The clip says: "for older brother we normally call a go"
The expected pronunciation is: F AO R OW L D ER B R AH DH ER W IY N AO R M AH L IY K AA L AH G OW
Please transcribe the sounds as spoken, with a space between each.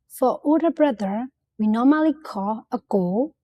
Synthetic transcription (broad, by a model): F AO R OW D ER B R AH DH ER W IY N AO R M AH L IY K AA AH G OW